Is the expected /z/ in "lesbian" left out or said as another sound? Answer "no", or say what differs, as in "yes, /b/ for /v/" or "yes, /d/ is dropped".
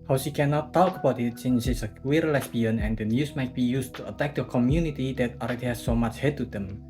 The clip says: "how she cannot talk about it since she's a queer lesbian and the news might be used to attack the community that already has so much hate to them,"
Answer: yes, /s/ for /z/